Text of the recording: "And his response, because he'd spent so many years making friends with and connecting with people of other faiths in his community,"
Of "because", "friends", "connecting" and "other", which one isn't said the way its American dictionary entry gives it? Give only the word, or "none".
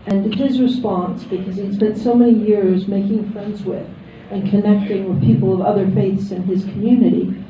none